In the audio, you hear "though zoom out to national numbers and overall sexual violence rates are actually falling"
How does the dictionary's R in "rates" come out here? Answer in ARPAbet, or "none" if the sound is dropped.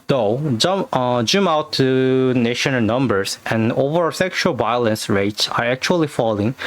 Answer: R